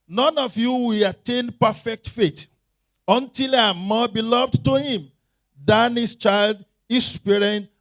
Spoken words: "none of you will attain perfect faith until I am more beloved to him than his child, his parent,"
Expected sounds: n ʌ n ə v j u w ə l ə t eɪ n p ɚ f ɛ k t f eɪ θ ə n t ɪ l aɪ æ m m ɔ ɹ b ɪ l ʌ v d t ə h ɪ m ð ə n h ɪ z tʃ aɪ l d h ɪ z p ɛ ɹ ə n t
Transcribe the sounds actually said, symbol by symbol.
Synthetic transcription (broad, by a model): n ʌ n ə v j u w ə l ə t eɪ n p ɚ f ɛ k t f eɪ t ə n t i l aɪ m m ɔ b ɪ l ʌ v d t ə h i m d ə n h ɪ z tʃ aɪ l d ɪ s p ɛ ɹ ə n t